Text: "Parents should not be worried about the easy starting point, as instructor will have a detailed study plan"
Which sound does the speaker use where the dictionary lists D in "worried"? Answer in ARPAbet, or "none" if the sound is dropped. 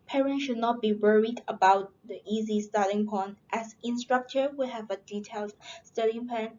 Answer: D